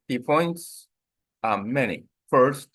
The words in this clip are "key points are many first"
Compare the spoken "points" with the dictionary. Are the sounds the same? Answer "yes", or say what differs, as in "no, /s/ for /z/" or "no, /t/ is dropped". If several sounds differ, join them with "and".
yes